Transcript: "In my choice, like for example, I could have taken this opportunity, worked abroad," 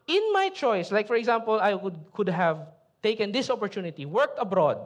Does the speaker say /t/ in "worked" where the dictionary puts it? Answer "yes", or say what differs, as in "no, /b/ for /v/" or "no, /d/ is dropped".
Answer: yes